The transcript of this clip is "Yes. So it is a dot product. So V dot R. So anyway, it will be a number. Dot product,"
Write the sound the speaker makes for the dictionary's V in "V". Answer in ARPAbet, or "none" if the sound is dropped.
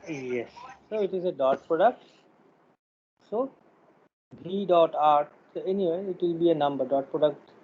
B